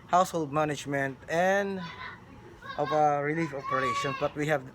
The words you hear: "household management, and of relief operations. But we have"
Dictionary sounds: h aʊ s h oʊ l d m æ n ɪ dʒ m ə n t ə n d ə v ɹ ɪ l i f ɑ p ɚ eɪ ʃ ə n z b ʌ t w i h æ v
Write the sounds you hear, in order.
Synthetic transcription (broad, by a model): h aʊ s h oʊ l d m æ n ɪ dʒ m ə n t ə n d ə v ɹ ɪ l i f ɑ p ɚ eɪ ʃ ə n b ʌ t w i h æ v